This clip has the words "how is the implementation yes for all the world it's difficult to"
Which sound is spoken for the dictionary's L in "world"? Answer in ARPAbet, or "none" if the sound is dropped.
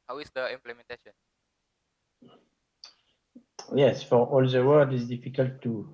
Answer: none